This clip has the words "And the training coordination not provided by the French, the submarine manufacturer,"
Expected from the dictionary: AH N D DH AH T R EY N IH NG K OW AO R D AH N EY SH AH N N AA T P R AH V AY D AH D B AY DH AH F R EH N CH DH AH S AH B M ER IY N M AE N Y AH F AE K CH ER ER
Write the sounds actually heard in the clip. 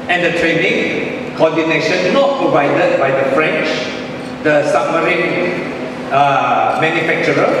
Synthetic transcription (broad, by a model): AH N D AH T R EY N IH NG K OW AO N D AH N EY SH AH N N AA T P R AH V AY D AH D B AY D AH F R EH N CH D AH S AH M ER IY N M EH N Y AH F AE K CH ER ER